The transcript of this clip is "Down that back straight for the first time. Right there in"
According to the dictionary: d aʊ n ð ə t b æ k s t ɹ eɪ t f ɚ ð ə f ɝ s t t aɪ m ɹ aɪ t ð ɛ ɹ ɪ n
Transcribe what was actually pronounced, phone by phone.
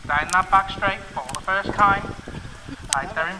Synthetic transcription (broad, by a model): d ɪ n ð ə t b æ k s t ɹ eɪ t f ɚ ð ə f ɝ s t t aɪ m l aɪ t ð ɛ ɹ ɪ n